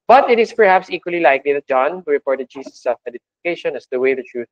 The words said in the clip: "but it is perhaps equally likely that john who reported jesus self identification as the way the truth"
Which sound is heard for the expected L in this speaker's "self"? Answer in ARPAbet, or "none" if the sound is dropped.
none